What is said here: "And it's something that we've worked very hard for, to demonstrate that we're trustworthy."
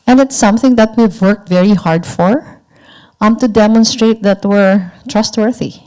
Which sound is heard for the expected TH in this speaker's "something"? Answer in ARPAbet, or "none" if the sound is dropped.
TH